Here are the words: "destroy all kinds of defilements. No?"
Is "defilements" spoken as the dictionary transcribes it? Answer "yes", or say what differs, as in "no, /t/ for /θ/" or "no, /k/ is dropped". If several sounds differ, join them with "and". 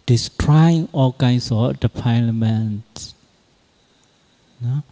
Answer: no, /p/ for /f/